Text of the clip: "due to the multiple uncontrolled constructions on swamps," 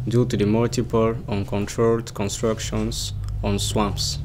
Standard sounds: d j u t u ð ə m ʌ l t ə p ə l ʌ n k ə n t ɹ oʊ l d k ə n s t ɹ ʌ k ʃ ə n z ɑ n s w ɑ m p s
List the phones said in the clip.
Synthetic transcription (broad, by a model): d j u t u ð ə m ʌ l t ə p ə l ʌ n k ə n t ɹ oʊ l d k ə n s t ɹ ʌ k ʃ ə n s ɑ n s w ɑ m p s